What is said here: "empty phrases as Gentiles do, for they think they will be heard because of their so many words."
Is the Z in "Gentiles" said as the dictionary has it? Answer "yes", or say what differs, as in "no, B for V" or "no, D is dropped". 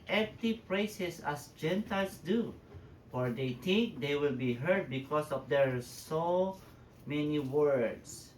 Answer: no, S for Z